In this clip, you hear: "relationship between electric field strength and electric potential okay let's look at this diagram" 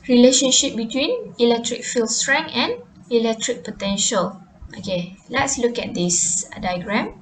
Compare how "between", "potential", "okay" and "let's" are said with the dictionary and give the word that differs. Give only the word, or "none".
none